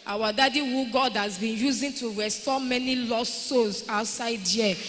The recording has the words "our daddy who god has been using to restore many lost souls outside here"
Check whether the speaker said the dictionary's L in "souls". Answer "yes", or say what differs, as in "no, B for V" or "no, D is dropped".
no, L is dropped